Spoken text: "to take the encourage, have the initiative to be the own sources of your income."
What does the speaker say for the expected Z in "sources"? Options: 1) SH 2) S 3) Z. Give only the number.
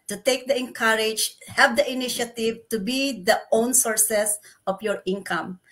2